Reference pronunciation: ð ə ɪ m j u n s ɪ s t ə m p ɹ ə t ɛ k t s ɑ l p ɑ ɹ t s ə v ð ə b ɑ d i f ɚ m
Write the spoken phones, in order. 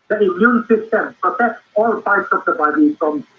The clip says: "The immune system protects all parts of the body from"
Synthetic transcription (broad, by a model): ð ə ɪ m j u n s ɪ s t ə m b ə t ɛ t s ɑ l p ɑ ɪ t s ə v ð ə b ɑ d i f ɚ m